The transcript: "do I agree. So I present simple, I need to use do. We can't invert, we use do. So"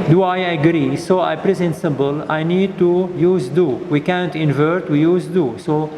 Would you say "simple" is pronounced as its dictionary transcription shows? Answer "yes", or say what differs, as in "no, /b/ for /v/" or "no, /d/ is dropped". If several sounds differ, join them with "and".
no, /b/ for /p/